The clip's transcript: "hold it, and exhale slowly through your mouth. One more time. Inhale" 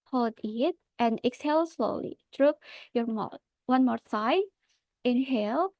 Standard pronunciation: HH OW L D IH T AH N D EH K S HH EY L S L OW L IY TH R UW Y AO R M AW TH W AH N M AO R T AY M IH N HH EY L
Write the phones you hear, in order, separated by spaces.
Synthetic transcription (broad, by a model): HH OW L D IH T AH N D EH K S HH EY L S L OW L IY T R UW Y AO R M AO W AH N M AO R S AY IH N HH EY L